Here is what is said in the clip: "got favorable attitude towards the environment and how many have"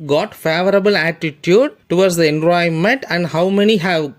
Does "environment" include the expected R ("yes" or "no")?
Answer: no